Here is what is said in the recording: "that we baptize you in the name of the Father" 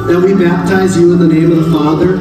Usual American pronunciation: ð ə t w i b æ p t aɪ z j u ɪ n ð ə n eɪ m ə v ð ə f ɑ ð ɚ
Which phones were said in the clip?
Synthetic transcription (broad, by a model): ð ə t w i b æ p t aɪ z j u ɪ n ð ə n eɪ m ə v ð ə f ɑ ð ɚ